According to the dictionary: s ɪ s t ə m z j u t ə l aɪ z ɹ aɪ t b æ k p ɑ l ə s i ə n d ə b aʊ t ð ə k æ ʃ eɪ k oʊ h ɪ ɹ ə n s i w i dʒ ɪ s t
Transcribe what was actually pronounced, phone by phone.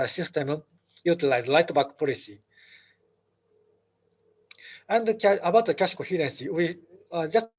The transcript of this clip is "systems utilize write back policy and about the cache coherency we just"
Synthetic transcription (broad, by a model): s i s t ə m j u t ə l aɪ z l aɪ t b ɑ k p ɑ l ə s i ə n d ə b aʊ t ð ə k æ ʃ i k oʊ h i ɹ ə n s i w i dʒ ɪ s